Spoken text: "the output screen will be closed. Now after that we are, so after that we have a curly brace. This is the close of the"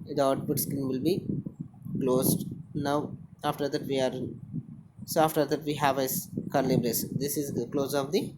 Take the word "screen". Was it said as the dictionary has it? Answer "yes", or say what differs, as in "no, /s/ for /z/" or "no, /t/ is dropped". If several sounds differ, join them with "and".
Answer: no, /ɹ/ is dropped